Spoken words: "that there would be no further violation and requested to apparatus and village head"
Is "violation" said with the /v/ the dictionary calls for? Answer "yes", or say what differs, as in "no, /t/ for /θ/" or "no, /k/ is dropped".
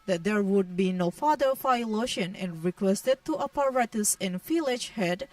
no, /f/ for /v/